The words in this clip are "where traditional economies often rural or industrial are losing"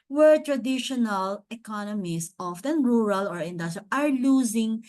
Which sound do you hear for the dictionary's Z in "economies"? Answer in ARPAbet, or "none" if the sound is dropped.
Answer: S